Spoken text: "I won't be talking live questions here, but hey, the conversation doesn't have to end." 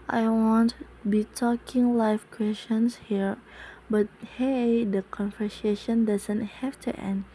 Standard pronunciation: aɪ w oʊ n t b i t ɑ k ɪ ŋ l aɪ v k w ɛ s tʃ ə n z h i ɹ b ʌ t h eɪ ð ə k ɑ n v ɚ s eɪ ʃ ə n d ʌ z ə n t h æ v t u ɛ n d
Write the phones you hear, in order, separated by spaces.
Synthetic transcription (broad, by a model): aɪ w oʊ n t b i t ɑ k ɪ ŋ l aɪ f k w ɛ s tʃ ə n s h i ɹ b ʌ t h eɪ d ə k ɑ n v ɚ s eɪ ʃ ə n d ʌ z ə n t h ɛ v t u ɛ n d